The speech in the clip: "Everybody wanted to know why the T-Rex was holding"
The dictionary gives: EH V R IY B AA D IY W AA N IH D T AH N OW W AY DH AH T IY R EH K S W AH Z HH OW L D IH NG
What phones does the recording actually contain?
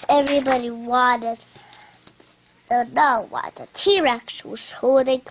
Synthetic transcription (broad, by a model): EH V R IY B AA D IY W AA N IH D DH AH N OW W AY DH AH T IY R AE K S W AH S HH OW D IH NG